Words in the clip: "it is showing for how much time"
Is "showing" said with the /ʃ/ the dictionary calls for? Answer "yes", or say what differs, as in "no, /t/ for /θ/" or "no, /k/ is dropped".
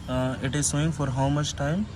no, /s/ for /ʃ/